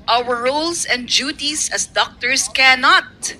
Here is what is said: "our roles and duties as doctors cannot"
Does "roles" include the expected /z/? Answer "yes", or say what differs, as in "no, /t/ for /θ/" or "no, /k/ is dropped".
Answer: no, /s/ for /z/